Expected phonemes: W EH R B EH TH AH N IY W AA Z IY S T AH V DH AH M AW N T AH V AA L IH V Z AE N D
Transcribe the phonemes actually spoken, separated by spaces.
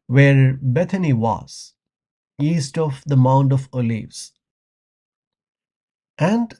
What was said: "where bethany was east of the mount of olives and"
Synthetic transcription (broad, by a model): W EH R B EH T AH N IY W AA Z IY S T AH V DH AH M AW N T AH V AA L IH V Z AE N D